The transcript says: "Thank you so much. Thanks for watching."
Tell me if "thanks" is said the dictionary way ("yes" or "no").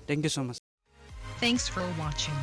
yes